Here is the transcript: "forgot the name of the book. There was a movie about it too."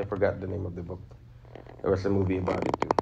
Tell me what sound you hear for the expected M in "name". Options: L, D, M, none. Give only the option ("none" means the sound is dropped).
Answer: M